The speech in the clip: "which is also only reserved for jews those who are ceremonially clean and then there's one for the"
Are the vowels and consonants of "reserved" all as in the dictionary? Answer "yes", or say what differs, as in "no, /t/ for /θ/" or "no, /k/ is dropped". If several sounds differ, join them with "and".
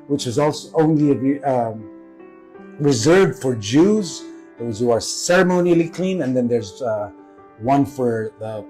yes